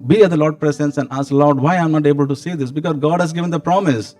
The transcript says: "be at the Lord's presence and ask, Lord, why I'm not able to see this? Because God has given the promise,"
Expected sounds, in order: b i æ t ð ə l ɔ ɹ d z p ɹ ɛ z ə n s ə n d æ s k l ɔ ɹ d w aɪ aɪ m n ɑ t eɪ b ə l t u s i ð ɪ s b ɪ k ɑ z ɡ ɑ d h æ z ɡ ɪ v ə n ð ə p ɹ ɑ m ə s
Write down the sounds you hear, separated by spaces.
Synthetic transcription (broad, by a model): b i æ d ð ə l ɔ ɹ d p ɹ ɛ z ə n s ə n d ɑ s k l ɔ ɹ d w aɪ aɪ m n ɑ t eɪ b ə l t u s i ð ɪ s b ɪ k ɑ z ɡ ɑ d h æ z ɡ ɪ v ə n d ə p ɹ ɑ m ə s